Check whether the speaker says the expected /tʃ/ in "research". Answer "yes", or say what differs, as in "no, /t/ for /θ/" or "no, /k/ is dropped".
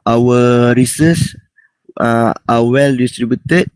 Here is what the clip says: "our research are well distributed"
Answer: no, /s/ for /tʃ/